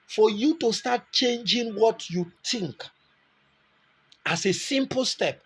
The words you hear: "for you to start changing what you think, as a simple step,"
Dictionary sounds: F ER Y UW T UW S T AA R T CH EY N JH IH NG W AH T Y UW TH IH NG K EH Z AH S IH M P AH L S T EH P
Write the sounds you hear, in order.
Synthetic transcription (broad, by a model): F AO Y UW T UW S T AA T CH EY N JH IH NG W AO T Y UW T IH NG K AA S AH S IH M P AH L S T EH P